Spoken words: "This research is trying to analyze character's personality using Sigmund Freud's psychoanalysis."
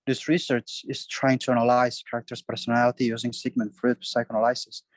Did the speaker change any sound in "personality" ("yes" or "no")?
no